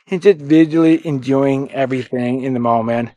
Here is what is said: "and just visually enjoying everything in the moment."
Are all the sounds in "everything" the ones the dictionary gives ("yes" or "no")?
yes